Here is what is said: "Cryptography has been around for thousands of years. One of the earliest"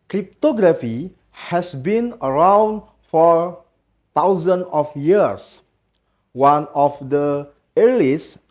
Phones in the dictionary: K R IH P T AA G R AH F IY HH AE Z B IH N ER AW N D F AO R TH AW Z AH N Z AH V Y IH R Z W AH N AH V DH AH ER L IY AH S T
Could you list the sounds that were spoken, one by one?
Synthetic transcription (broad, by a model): K R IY P T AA G R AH F IY HH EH S B IH N ER AW N D F AO R T AW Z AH N AH F Y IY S W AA N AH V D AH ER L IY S